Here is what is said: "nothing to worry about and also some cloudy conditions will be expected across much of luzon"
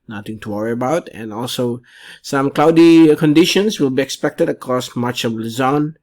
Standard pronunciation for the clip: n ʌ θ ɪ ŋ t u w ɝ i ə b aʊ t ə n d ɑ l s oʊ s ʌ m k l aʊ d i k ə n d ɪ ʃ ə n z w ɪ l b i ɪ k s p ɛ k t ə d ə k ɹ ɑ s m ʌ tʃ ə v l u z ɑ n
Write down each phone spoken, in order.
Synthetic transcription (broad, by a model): n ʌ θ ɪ ŋ t u w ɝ i ə b aʊ t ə n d ɑ l s oʊ s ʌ m k l aʊ d i k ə n d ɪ ʃ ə n s w ɪ l b i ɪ k s p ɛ k t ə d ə k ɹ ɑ s m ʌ tʃ ə v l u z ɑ n